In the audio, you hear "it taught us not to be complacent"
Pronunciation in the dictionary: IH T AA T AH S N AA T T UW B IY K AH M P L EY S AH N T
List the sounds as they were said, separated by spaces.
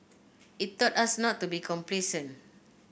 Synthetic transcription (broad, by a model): IH T AA T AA S N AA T T UW B IY K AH M P L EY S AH N